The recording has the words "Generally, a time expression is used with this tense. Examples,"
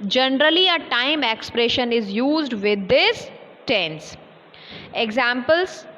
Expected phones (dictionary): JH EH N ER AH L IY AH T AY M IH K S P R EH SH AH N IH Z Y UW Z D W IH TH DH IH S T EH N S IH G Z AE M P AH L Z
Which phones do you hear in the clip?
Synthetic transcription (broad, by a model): JH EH N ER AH L IY AH T AY M IH K S P R EH SH AH N IH Z Y UW Z D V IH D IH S T EH N S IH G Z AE M P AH L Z